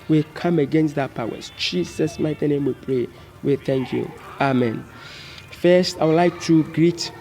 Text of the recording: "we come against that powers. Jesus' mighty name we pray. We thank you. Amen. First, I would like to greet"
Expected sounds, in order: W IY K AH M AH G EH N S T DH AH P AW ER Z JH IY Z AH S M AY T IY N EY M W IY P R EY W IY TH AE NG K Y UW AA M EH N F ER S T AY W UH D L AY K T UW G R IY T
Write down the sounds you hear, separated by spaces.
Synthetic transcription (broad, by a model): W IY K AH M AH G EH N S T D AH P AW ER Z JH IY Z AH S M AY T IY N EY M W IY P R EY W IY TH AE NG K Y UW AA M EH N F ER S T AY W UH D L AY K T UW G R IY T